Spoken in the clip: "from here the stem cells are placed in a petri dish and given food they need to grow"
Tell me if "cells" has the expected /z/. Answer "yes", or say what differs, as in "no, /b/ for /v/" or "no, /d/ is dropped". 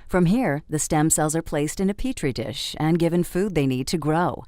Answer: yes